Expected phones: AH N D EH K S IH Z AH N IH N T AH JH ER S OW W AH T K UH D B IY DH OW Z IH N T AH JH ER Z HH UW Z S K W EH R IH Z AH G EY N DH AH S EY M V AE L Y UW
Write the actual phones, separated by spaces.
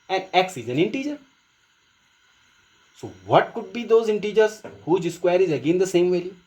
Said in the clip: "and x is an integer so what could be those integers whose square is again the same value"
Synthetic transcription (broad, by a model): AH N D EH K S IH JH AH N IH N T AH JH ER S OW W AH T K UH D B IY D OW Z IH N T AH JH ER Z HH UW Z S K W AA R IH Z AH G EY N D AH S EY M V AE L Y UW